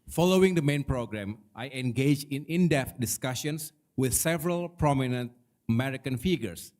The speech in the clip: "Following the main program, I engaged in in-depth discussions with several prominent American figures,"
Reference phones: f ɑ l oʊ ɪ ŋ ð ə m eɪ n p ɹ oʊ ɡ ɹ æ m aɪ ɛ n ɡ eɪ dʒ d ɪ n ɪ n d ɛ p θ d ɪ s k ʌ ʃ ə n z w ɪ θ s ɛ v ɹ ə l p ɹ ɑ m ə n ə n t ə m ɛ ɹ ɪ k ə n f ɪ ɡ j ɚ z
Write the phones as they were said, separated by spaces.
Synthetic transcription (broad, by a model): f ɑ l oʊ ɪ ŋ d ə m eɪ n p ɹ oʊ ɡ ɹ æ m aɪ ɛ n ɡ eɪ dʒ ɪ n ɪ n d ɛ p t d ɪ s k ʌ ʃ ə n s w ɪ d s ɛ v ɹ ə l p ɹ ɑ m ə n ə n t ə m ɛ ɹ ɪ k ə n f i ɡ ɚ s